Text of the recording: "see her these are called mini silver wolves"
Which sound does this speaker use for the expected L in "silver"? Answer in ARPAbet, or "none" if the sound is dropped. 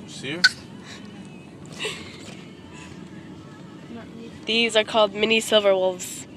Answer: L